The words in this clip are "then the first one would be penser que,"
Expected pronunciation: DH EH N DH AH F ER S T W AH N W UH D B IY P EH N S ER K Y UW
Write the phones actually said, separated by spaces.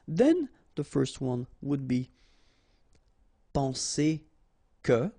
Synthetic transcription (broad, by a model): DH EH N DH AH F ER S T W AH N W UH D B IY P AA S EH K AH